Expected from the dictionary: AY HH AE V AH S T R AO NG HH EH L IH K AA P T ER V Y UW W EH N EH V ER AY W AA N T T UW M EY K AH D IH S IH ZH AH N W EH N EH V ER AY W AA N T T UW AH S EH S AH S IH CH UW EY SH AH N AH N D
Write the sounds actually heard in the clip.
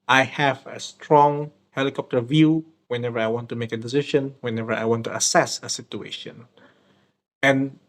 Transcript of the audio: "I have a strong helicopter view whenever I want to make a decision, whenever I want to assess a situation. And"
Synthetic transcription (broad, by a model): AY HH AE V AH S T R AO NG HH EH L IH K AA P T ER V Y UW W EH N EH V ER AY W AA N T T UW M EY K AH D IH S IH SH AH N W EH N EH V ER AY W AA N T T UW AH S EH S AH S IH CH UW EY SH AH N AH N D